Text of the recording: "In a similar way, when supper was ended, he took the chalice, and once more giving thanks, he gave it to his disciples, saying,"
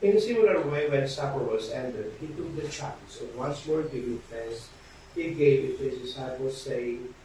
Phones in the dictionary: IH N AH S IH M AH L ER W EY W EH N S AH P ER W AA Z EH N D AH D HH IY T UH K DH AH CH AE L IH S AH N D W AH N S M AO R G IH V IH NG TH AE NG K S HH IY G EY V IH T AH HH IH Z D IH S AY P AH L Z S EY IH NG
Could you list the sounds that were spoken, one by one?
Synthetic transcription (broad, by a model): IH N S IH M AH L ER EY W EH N S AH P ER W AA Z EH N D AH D HH IY T UH K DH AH CH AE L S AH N W AH N S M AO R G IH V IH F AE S HH IY G EY V IH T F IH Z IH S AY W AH Z S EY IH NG